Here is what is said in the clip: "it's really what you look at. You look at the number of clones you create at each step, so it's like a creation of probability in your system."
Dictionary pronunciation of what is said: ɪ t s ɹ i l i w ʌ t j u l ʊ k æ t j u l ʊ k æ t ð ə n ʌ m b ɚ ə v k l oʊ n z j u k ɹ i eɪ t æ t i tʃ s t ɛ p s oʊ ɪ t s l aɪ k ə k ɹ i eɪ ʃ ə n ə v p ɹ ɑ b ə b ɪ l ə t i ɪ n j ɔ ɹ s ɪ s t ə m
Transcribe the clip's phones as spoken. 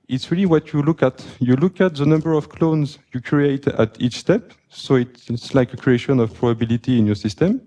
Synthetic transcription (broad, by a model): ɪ t s ɹ i l i w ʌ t j u l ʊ k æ t j u l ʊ k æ t ð ə n ʌ m b ɚ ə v k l oʊ n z j u k ɹ i eɪ t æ t i tʃ s t ɛ p s oʊ ɪ t s l aɪ k ə k ɹ i eɪ ʃ ə n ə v p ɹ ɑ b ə b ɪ l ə t i ɪ n j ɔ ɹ s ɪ s t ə m